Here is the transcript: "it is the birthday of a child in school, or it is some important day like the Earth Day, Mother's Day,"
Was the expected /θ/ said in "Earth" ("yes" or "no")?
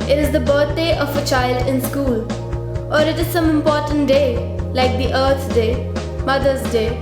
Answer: no